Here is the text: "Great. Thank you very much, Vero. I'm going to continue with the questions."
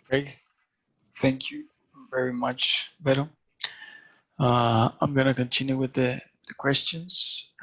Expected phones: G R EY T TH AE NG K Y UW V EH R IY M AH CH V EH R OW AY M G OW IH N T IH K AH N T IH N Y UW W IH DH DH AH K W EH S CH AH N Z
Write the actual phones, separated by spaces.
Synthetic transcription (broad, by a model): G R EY TH AE NG K Y UW V EH R IY M AH CH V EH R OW AY M G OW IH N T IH K AH N T IH N Y UW W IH DH DH AH K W EH S CH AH N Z